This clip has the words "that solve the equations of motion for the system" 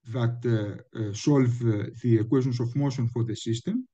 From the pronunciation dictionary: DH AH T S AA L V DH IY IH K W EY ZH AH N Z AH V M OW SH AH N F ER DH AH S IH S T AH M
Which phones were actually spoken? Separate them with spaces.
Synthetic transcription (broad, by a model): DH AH T S AA L V DH IY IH K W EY S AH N S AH F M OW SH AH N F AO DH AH S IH S T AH M